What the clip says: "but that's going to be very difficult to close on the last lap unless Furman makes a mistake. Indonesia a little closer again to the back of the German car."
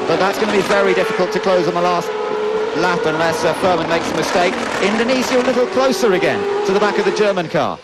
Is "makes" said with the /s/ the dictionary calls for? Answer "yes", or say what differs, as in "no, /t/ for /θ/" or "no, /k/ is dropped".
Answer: yes